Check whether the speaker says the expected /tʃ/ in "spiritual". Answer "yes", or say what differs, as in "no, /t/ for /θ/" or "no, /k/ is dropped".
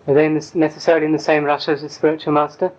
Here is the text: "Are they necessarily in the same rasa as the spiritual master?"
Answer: yes